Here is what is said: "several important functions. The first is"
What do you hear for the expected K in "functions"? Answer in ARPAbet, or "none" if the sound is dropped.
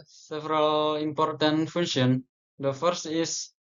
none